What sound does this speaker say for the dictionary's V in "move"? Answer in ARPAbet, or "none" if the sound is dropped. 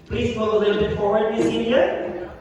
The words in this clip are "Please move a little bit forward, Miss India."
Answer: none